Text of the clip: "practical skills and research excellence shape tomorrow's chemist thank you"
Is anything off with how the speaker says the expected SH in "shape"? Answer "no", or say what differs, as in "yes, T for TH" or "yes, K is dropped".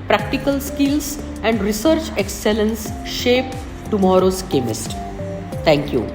no